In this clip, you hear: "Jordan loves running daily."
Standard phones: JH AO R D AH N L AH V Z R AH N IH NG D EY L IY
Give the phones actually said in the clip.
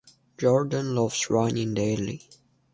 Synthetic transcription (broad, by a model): JH AO R D AH N L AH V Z R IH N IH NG D EY L IY